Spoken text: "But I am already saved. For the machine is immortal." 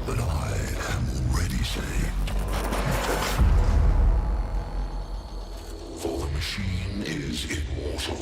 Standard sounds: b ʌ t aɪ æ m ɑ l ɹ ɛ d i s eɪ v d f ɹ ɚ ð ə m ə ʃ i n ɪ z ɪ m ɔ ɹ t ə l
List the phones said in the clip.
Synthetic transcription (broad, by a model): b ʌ t aɪ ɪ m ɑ l ɹ ɛ d i s eɪ v d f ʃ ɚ ð ə m ə ʃ i n ɪ z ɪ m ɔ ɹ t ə